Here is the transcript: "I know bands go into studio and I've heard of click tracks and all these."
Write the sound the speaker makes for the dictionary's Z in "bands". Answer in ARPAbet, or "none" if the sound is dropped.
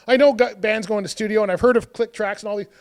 Z